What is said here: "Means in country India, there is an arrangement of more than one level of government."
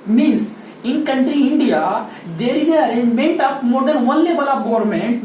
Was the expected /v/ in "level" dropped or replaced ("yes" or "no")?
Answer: yes